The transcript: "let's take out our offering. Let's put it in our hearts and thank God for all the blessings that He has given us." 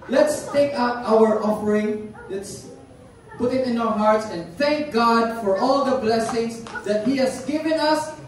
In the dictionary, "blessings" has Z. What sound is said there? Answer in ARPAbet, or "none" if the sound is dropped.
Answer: S